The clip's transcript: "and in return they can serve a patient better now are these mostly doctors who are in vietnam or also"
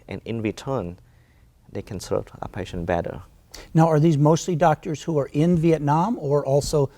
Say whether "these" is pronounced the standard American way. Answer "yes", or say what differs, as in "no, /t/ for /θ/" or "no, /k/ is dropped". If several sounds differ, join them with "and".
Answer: yes